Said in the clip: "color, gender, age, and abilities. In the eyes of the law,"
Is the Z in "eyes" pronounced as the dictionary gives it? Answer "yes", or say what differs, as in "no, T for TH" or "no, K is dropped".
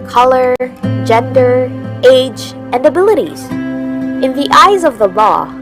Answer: yes